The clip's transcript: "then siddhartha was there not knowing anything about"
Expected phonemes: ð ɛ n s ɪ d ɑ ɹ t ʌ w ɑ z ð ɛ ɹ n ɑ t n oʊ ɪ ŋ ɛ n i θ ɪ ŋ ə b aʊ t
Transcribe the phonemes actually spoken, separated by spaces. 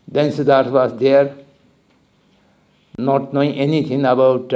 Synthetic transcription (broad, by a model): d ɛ n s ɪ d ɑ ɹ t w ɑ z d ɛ ɹ n ɑ t n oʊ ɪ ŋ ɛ n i t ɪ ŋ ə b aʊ t